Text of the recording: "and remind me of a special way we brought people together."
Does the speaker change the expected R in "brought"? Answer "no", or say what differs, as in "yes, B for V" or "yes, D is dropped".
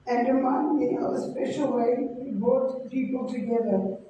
yes, R is dropped